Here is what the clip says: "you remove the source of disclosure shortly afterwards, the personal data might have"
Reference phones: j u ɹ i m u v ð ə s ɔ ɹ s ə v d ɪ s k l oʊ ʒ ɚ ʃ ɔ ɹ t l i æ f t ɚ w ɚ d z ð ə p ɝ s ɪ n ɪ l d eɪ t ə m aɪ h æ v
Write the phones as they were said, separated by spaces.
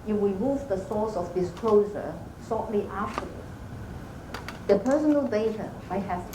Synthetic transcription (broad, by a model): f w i m u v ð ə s ɔ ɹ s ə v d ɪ s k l oʊ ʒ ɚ s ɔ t l i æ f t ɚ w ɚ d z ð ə p ɝ s ɪ n ɪ l d eɪ t ə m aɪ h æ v